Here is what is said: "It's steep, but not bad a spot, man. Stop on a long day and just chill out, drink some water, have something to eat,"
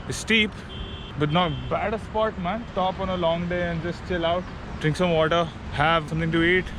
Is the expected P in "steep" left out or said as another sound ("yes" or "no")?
no